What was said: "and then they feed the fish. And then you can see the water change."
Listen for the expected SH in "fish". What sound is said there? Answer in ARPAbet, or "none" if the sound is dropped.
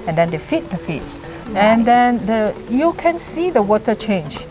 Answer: S